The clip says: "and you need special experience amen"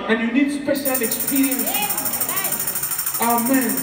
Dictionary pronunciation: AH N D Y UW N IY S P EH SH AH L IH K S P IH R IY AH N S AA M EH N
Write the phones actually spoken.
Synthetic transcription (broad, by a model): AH N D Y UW N IY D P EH S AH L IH K S P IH R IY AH N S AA M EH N